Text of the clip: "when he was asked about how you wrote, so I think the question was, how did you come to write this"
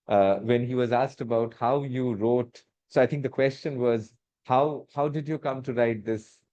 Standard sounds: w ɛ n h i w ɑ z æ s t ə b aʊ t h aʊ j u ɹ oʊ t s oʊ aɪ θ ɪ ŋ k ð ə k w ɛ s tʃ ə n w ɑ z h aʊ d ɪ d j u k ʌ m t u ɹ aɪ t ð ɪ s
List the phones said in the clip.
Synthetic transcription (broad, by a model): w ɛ n h i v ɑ z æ s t ə b aʊ t h aʊ j u ɹ oʊ t s oʊ aɪ t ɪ ŋ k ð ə k w ɛ s tʃ ə n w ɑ z h aʊ d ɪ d j u k ʌ m t u ɹ aɪ t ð ɪ s